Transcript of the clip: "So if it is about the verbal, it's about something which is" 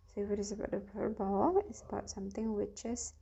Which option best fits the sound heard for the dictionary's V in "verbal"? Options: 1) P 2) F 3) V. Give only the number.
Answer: 1